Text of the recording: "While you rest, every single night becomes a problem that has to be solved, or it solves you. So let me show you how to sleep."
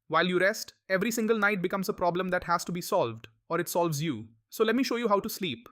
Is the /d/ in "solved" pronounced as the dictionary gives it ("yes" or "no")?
yes